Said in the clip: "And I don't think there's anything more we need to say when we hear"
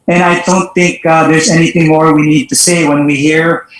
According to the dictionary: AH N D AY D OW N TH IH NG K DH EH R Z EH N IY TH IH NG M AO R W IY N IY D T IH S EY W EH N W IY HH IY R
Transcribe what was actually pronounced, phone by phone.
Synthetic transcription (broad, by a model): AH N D AY D OW N TH IH NG K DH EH R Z EH N IY TH IH NG M AO R W IY N IY D T IH S EY W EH N W IY HH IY R